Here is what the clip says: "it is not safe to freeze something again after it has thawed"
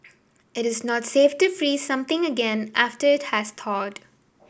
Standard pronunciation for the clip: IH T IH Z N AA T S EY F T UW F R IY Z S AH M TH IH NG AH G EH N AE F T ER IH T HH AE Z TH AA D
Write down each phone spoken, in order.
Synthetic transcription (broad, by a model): IH T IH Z N AA T S EY F T UW F R IY S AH M T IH NG AH G EH N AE F T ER IH T HH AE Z T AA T